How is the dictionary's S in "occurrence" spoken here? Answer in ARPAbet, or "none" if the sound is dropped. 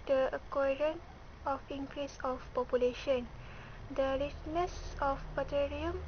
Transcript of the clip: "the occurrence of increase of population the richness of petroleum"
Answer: none